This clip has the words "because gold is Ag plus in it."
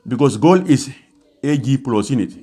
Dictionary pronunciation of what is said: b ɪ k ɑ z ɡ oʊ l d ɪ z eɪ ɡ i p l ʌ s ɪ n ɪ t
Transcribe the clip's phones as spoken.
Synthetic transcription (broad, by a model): b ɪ k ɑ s ɡ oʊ l ɪ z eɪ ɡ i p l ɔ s ɪ n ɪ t